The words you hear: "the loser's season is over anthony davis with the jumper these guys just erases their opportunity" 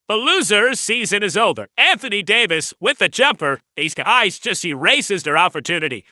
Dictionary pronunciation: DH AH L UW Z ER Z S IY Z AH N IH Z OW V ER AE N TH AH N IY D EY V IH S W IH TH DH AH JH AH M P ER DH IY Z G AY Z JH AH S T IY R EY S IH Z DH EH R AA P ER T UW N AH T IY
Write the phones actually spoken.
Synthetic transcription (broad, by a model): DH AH L UW Z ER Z S IY Z AH N IH Z OW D ER AE N TH AH N IY D EY V IH S W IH DH AH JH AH M P ER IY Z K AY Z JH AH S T IY R EY S IH Z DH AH R AA P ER T UW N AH T IY